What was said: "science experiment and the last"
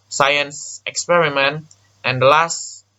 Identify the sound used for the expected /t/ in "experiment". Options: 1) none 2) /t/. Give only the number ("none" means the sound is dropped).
2